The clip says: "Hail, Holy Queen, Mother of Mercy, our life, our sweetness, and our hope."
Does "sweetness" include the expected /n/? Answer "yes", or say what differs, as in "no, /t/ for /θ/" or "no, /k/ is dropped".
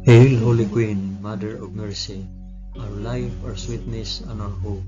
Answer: yes